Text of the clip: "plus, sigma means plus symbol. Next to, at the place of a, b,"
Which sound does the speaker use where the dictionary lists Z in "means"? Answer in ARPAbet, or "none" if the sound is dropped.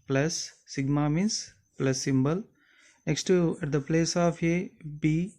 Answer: S